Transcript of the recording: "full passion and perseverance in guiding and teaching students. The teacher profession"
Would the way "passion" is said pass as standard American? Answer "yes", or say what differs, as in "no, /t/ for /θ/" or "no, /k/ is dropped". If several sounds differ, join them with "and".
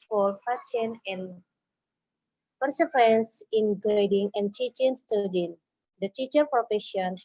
no, /f/ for /p/